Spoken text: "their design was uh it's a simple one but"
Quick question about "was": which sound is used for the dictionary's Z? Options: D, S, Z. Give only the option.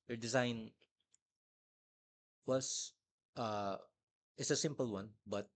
S